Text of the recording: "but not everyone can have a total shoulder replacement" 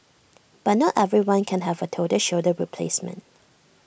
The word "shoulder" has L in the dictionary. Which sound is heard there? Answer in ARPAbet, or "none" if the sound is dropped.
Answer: none